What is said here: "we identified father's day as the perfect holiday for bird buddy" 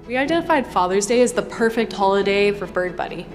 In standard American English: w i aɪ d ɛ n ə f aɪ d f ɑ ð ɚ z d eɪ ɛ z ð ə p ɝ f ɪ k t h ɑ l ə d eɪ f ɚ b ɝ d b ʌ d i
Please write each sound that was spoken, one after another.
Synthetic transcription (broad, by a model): w i aɪ d ɛ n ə f aɪ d f ɑ ð ɚ z d eɪ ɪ z ð ə p ɝ f ɪ k t h ɑ l ə d eɪ f ɚ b ɝ d b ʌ d i